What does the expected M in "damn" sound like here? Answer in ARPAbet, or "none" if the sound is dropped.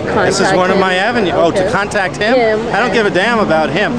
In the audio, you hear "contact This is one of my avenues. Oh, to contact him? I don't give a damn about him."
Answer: M